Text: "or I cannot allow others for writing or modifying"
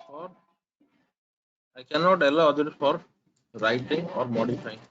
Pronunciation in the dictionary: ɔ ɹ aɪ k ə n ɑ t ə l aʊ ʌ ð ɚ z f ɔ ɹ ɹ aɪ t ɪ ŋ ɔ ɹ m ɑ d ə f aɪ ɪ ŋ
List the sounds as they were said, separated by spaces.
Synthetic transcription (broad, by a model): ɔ ɹ aɪ k ə n ɑ t ə l aʊ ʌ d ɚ f ɔ ɹ ɹ aɪ t ɪ ŋ ɔ ɹ m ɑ d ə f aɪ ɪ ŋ